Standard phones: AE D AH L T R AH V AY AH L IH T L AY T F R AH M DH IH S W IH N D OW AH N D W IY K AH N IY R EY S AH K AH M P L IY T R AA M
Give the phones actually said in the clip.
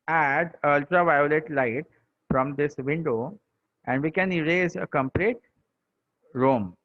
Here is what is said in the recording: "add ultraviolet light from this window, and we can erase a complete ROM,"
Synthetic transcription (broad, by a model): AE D AH L T R AH V AY AH L IH T L AY T F R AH M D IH S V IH N D OW AH N D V IY K AH N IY R EY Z AH K AH M P L IY T R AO M